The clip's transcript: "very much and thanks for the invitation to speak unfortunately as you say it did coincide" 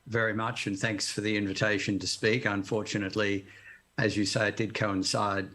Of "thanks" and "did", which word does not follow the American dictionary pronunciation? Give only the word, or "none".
none